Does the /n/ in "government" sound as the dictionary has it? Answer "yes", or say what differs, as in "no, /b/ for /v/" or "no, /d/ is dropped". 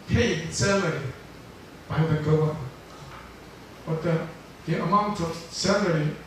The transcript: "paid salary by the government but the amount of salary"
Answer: no, /n/ is dropped